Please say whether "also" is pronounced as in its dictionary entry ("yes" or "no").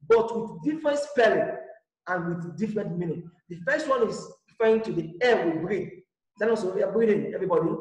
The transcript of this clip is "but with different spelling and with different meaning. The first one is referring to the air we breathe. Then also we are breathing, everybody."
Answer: no